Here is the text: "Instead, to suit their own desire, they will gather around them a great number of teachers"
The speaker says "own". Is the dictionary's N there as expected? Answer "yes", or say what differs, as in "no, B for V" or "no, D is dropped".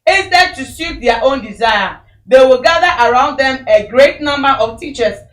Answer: yes